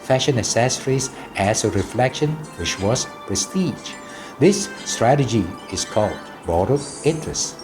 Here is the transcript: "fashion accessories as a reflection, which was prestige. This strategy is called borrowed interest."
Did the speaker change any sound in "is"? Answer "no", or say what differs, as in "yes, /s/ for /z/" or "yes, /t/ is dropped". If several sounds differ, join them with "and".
yes, /s/ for /z/